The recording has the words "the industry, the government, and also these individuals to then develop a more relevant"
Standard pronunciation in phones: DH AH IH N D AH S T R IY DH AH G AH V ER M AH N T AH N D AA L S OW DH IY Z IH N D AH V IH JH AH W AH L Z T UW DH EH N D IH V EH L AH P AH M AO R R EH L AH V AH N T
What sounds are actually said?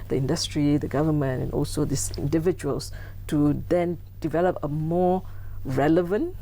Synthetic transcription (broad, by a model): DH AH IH N D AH S T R IY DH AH G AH V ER M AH N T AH N AA L S OW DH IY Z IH N D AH V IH JH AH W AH L S T UW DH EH N D IH V EH L AH P AH M AO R R EH L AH V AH N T